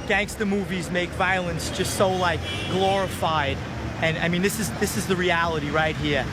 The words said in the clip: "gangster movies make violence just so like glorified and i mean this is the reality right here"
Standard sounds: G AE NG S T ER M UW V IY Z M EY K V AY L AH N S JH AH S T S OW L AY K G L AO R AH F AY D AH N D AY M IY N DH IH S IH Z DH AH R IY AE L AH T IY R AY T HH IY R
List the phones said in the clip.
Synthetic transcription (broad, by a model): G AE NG S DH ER M UW V IY Z M EY K V AY L AH N S JH AH S T S OW L AY K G L AO R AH F AY D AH N AY M IY N DH IH S IH Z DH AH R IY AE L AH T IY R AY T HH IY R